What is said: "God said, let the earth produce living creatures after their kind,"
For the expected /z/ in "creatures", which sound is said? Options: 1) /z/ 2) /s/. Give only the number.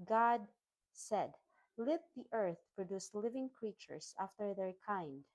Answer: 2